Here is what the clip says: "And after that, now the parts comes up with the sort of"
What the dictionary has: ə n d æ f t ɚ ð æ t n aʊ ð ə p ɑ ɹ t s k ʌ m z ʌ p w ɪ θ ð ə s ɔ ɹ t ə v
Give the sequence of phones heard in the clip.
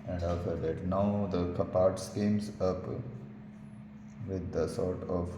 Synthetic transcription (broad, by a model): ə n d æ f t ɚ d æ t n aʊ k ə p ɑ ɹ t s k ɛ m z ʌ p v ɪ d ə s ɔ ɹ t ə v